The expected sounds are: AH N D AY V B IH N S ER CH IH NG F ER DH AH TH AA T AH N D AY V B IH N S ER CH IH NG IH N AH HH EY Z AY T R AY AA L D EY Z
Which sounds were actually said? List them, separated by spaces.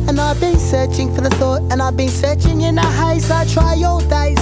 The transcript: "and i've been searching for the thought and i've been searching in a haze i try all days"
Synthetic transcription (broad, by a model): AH N AY V B IH N S ER CH IH NG F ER DH AH TH AA T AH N AY V B IH N S ER CH IH NG IH N AH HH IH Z AY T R AY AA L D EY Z